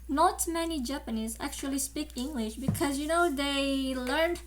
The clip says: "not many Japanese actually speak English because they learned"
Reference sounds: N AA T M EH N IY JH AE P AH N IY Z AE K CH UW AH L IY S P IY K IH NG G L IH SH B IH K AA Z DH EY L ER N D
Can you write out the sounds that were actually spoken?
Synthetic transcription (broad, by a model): N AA T M EH N IY JH AE P AH N IY Z AE K CH UW AH L IY S P IY K IH NG G L IH SH B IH K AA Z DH EY L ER N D